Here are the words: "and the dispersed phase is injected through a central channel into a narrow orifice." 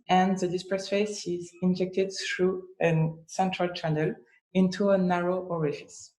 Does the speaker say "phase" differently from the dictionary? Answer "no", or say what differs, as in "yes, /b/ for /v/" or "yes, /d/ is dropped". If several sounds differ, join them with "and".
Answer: yes, /s/ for /z/